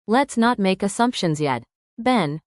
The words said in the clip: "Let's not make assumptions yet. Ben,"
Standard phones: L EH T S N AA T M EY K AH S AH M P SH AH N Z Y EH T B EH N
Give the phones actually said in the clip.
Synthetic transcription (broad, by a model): L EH T S N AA T M EY K AH S AH M P SH AH N Z Y EH T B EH N